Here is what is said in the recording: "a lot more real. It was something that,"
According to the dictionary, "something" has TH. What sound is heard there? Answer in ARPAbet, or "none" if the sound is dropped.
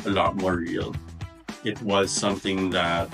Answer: TH